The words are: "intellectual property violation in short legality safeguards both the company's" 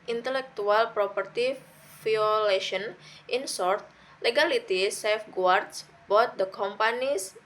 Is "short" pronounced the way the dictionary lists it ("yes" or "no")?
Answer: no